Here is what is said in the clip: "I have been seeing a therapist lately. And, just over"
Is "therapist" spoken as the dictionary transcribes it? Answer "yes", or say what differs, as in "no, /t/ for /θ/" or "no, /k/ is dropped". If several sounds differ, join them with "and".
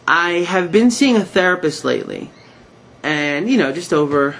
yes